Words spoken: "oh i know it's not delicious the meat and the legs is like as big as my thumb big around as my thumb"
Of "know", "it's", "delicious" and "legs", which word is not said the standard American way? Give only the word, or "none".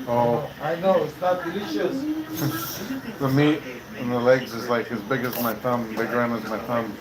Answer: none